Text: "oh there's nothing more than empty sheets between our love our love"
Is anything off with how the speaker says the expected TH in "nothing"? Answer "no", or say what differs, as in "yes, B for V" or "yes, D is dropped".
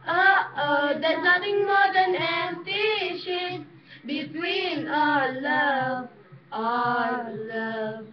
yes, T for TH